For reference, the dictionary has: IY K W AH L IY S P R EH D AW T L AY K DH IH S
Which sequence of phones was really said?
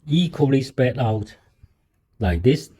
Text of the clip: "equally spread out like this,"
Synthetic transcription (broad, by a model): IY K W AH L IY S P EH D AW T L AY K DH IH S